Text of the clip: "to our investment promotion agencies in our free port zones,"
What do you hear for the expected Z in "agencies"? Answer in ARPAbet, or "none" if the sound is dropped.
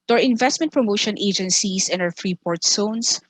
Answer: S